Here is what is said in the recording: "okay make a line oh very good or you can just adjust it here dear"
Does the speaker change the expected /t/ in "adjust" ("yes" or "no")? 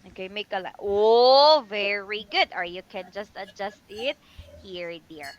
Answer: no